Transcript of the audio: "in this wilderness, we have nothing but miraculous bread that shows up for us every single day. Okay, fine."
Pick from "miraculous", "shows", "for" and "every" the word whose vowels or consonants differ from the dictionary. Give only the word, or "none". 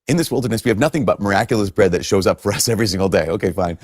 none